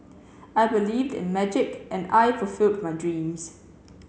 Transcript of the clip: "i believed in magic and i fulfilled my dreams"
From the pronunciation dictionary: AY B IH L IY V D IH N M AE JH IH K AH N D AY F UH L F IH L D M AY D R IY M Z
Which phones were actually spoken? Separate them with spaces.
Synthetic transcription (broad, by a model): AY B IH L IY V D IH N M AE JH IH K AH N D AY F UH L F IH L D M AY D R IY M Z